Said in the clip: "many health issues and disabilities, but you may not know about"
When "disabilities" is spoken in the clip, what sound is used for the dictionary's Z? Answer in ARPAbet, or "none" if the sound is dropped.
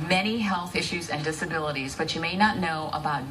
Z